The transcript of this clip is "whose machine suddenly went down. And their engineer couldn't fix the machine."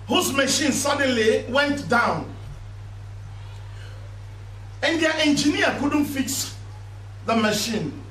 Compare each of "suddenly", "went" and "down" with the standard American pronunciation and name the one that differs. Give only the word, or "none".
none